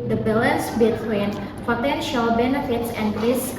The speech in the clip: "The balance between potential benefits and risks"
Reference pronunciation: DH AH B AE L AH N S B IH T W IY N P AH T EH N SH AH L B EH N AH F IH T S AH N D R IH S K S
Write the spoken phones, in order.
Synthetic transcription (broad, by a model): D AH B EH L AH N S B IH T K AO N P AH T EH N SH AH L B EH N AH F IH T S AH N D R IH S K